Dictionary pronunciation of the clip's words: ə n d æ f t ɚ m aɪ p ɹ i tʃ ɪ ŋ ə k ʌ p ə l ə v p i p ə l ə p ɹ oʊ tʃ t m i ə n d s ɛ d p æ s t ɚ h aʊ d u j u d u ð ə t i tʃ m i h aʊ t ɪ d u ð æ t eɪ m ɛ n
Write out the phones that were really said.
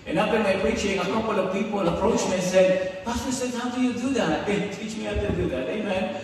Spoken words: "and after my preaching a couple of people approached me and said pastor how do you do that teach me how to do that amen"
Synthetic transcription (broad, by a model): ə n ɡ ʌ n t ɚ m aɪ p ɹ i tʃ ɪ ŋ ə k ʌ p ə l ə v p i p ə l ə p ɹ oʊ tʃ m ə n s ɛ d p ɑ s s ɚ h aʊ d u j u d u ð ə t i tʃ m i h aʊ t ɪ d u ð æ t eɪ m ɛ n